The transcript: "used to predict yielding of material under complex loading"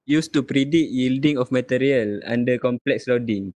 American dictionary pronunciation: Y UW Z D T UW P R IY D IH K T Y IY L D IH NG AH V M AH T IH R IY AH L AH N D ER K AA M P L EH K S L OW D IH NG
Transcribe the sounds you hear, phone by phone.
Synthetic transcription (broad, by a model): Y UW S T UW P R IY D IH T Y IY L D IH NG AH F M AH T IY R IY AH L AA N D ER K AA M P L EH K S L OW D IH NG